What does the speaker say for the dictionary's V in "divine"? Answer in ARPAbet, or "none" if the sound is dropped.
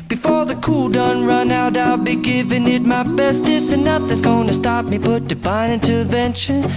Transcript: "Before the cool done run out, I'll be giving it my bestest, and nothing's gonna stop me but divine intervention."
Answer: B